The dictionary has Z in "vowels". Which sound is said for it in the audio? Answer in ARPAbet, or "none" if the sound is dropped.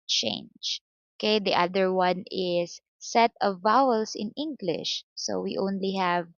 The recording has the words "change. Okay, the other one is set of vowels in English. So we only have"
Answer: S